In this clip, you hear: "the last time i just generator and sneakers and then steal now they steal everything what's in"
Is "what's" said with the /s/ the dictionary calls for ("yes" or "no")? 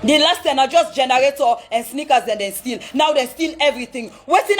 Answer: no